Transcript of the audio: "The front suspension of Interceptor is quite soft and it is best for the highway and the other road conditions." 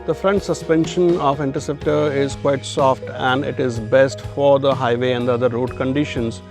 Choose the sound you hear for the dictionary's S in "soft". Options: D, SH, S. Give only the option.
S